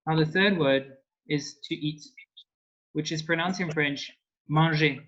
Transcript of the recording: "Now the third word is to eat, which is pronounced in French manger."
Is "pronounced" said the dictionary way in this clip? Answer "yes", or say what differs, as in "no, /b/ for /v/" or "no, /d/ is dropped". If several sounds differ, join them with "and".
no, /t/ is dropped